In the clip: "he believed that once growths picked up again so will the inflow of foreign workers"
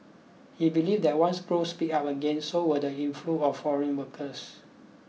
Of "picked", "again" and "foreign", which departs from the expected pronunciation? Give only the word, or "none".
picked